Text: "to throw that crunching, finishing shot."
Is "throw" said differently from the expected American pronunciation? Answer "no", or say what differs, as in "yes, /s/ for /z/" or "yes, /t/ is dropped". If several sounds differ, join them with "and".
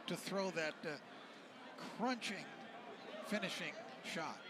no